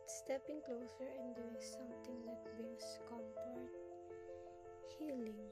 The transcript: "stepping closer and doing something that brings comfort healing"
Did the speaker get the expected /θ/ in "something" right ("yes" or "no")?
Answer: no